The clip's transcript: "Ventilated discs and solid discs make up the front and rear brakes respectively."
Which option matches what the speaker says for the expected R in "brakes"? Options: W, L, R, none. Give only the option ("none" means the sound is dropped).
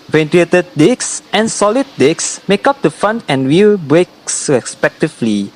R